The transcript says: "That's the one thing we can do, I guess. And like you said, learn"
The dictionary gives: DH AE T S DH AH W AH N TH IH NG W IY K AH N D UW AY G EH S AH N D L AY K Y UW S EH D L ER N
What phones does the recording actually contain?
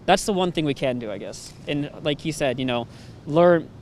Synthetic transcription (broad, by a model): DH AE T S DH AH W AH N TH IH NG W IY K AH N D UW AY G EH S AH N L AY K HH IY S EH D L ER N